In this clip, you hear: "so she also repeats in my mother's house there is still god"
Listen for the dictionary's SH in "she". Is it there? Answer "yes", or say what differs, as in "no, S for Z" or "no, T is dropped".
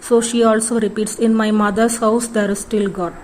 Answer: yes